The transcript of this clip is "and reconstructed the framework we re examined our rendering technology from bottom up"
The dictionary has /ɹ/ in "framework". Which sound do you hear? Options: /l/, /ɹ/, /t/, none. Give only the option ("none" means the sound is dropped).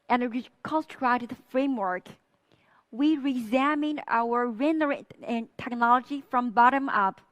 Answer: /ɹ/